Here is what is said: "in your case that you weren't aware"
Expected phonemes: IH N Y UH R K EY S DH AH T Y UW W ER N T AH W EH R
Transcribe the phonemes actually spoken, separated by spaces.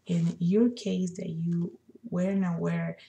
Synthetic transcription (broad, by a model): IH N Y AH R K EY S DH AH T Y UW W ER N AH W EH R